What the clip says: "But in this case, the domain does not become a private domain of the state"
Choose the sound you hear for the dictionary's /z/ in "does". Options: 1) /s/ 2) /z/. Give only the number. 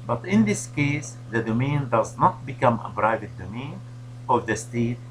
2